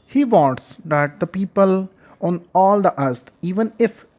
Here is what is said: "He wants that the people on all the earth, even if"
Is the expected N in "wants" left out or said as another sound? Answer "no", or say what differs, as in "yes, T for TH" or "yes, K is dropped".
yes, N is dropped